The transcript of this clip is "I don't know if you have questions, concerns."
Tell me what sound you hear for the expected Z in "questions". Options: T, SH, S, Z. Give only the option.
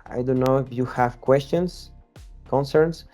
S